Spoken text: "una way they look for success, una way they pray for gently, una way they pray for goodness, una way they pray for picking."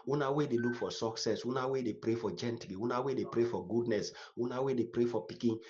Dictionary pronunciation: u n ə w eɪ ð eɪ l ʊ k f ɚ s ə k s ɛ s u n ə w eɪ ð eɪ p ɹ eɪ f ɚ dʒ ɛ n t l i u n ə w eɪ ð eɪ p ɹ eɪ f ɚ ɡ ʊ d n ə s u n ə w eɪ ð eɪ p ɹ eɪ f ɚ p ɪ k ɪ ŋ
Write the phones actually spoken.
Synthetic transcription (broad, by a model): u n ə w eɪ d eɪ l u k f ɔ s ə k s ɛ s u n ə w eɪ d eɪ p ɹ eɪ f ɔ dʒ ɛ n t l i u n ə w eɪ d eɪ p ɹ eɪ f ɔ ɡ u d n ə s u n ə w eɪ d eɪ p ɹ eɪ f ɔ p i k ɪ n